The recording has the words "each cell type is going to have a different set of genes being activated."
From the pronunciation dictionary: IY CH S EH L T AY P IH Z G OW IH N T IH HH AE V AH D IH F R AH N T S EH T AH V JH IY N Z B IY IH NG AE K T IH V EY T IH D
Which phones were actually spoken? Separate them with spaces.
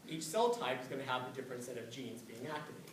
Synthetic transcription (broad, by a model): IY CH S EH L T AY P IH Z G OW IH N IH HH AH V AH D IH F R AH N T S EH T AH V JH IY N Z B IY IH NG AE K T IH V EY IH